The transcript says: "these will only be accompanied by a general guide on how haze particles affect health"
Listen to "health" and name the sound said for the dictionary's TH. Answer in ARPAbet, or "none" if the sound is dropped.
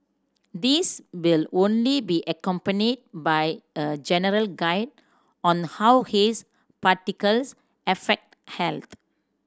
T